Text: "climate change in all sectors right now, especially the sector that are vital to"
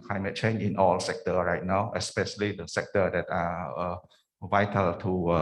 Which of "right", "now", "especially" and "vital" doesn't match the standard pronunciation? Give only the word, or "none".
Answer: none